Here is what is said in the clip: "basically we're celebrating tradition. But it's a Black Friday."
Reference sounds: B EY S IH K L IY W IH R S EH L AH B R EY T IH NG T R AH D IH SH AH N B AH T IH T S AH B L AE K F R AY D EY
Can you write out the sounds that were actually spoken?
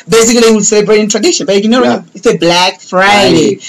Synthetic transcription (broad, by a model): B EY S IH K L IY W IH L S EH L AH B R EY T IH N T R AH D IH SH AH N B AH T IH T S AH B L AE K F R AY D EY